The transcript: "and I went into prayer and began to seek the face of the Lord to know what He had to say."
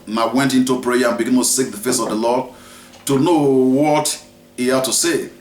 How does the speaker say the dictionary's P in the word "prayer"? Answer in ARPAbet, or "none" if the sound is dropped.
P